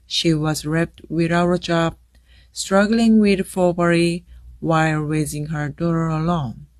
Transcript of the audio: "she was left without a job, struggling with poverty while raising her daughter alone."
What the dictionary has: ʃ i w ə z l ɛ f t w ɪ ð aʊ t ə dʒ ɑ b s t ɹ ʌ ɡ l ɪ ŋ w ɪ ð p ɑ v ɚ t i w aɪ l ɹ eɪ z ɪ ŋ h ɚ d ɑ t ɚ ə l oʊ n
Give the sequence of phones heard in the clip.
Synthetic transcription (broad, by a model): ʃ i w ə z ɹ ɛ p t w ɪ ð aʊ ə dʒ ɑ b s t ɹ ʌ ɡ l ɪ ŋ w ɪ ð f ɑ b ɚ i w aɪ l ɹ eɪ z ɪ ŋ h ɚ d ɑ t ɚ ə l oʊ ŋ